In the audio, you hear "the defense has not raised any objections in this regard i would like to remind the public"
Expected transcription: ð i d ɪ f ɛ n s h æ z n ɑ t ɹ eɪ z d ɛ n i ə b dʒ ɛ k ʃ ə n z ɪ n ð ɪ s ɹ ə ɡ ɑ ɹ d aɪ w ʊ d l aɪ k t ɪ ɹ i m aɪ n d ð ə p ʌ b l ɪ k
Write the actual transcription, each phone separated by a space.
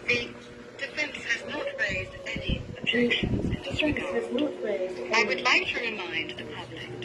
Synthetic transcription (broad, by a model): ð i d ɪ f ɛ n s h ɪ z n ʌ t ɹ eɪ z d ɛ n i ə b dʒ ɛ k ʃ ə n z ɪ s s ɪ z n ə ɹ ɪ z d aɪ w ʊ d l aɪ k t ɪ ɹ i m aɪ n d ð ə p ʌ b l ɪ k